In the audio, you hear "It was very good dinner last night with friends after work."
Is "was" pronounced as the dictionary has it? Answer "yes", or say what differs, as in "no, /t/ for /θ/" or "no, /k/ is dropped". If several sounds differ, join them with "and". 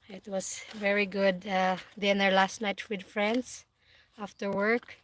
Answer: no, /s/ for /z/